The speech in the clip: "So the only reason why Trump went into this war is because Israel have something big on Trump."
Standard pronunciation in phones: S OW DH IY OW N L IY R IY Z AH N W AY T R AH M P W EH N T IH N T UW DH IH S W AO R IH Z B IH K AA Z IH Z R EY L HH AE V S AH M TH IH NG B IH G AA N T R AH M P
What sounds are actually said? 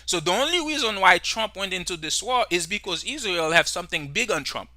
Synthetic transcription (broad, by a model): S OW DH IY OW N L IY R IY Z AH N W AY T R AH M P W EH N T IH N T UW DH IH S W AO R IH Z B IH K AA Z IH Z R EY L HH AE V S AH M TH IH NG B IH G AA N T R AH M P